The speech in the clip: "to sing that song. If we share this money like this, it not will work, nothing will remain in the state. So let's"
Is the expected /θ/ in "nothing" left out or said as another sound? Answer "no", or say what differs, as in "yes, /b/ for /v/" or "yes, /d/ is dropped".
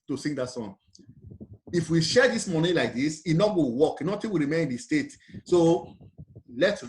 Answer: yes, /t/ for /θ/